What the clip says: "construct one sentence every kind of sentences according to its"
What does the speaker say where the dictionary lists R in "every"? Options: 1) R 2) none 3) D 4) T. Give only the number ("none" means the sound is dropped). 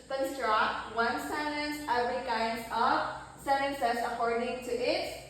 2